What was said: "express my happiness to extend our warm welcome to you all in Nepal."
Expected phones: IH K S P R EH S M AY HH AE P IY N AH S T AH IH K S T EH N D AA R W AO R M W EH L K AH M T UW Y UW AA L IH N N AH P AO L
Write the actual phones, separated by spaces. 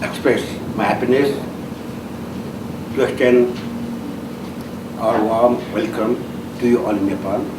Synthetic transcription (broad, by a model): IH K S P R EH S M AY HH AE P IY N AH S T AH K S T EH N AA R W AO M W EH L K AH M T UW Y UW AA L IH N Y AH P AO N